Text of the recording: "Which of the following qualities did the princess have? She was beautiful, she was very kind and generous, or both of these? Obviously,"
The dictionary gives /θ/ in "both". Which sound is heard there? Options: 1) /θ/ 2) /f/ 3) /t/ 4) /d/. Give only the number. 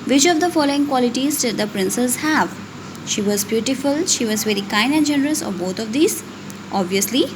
3